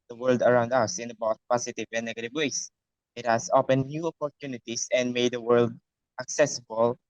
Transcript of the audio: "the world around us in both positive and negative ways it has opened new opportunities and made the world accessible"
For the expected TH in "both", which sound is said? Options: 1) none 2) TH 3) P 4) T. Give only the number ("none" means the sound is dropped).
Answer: 4